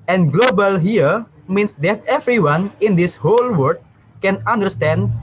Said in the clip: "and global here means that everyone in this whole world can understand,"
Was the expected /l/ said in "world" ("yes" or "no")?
no